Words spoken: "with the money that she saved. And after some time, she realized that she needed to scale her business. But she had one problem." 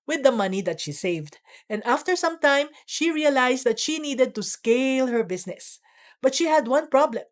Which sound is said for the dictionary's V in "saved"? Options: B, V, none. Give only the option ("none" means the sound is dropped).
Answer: V